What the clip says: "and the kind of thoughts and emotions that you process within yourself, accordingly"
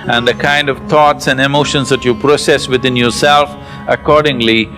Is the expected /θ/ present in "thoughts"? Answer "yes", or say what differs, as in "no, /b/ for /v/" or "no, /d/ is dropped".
no, /t/ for /θ/